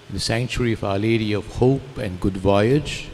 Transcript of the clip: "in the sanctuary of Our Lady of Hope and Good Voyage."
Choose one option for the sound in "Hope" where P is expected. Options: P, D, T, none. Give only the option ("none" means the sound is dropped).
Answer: P